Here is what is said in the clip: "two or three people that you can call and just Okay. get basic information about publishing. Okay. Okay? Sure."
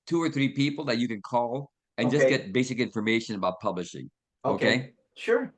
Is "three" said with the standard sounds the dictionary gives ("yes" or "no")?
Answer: yes